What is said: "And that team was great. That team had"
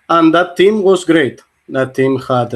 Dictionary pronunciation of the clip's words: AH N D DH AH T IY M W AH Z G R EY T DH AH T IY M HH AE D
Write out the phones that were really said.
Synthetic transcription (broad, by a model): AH N D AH T IY M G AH S G R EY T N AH T IY M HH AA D